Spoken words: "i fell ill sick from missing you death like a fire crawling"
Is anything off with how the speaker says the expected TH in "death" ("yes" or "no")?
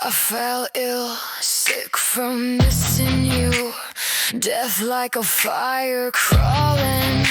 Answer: no